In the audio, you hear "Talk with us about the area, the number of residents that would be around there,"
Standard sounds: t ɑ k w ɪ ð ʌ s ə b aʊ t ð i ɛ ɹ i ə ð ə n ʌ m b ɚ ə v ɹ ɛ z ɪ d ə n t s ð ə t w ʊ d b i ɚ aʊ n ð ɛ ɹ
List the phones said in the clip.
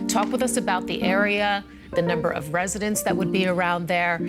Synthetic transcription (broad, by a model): t ɑ k w ɪ ð ʌ s ə b aʊ t ð i ɛ ɹ i ə ð ə n ʌ m b ɚ ə v ɹ ɛ z ɪ d ə n t s ð ə t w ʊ d b i ɚ aʊ n ð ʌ ɹ